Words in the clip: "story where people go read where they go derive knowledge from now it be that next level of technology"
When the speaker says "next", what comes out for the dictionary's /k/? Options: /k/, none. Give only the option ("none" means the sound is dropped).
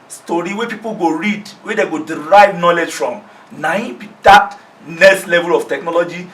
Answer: none